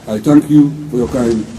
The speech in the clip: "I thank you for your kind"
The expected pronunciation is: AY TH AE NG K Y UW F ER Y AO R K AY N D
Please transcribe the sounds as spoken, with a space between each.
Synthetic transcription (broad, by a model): AY T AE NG K Y UW F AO Y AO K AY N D